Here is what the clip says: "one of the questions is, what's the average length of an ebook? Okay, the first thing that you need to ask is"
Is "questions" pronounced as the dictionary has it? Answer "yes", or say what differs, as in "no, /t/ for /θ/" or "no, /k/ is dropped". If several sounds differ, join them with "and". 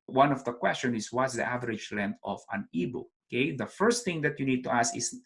no, /z/ is dropped